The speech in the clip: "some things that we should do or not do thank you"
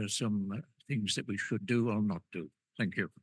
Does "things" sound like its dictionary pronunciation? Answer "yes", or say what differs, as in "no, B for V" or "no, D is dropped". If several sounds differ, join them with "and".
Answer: yes